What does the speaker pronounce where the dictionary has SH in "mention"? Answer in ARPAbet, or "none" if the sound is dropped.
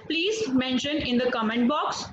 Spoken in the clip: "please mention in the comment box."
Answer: SH